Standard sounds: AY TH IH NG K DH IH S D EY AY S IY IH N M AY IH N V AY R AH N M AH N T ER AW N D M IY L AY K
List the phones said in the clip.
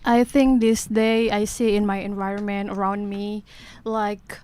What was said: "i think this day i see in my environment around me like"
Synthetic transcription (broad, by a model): AY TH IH NG K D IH S D EY AY S IY IH N M AY IH N V AY R AH N M AH N T ER AW N D M IY L AY K